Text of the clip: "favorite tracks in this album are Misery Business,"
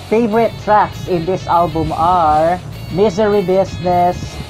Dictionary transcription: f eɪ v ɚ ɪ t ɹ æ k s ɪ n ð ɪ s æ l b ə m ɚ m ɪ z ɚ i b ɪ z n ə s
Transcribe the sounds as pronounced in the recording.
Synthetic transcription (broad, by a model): f eɪ v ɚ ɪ t ɹ æ k s ɪ n ð ɪ s æ l b ə m ɚ m ɪ z ɚ i b ɪ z n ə s